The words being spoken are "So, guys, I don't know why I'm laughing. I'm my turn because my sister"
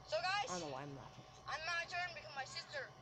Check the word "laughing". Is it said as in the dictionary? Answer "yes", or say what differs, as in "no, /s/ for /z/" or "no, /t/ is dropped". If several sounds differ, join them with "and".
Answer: no, /n/ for /l/